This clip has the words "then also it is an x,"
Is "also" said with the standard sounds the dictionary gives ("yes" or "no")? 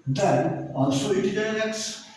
no